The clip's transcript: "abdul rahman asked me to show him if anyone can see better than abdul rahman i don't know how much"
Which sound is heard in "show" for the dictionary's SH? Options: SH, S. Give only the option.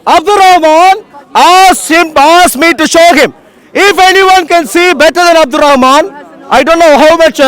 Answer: SH